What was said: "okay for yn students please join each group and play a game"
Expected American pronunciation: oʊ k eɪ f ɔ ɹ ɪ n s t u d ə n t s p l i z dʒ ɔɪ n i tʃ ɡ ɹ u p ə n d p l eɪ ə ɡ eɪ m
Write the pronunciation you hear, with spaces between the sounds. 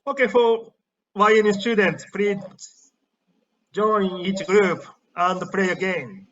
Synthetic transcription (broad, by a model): oʊ k eɪ f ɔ w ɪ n s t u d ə n t s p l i dʒ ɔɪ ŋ i tʃ ɡ ɹ u p ə n d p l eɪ ə ɡ eɪ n